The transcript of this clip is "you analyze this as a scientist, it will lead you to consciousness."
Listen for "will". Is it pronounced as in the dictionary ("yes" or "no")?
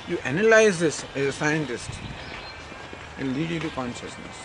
no